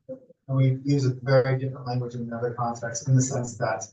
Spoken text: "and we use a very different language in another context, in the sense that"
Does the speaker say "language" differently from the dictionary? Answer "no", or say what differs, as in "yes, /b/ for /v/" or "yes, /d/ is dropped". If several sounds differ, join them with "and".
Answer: no